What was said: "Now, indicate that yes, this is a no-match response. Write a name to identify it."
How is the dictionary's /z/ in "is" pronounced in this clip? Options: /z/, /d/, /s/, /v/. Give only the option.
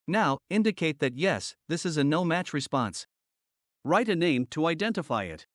/z/